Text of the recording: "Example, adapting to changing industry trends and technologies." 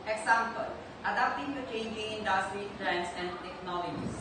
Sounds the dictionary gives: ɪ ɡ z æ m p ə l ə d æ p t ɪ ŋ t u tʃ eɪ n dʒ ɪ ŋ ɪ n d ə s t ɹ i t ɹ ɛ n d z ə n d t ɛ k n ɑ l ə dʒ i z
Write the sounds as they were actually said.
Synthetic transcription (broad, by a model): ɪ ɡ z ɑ m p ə l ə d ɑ t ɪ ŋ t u tʃ eɪ n dʒ ɪ ŋ ɪ n d ə s t ɹ i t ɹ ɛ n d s ə n d t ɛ k n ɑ l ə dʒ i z